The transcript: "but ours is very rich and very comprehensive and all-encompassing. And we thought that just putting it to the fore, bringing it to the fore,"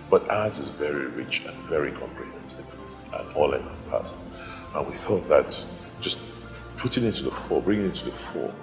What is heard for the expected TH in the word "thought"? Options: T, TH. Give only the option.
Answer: TH